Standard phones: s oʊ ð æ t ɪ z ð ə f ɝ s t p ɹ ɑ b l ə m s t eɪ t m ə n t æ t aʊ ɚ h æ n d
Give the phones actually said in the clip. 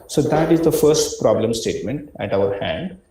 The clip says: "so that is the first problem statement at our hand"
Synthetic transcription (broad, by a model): s oʊ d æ t ɪ z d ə f ɝ s t p ɹ ɑ b l ə m s t eɪ t m ə n t æ t aʊ ɚ h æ n d